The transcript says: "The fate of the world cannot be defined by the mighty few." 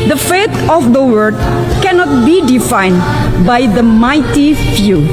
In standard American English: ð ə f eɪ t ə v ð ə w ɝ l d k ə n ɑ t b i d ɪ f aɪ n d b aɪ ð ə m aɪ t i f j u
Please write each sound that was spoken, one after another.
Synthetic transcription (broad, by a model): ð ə f eɪ t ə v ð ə w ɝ d k ə n ɑ t b i d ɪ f aɪ n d b aɪ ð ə m aɪ t i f j u